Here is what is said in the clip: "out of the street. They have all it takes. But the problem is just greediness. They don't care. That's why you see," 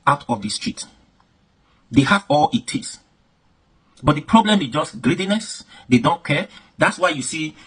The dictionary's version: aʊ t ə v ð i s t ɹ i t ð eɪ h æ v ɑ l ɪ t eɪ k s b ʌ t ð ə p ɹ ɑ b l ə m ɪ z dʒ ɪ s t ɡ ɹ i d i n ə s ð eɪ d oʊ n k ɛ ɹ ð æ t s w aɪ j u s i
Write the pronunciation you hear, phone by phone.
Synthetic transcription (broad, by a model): aʊ t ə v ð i s t ɹ i t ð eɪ h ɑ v ɑ l ɪ t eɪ s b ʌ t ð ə p ɹ ɑ b l ə m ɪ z dʒ ɪ s t ɡ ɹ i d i n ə s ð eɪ d oʊ n k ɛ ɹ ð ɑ t s w aɪ j u s i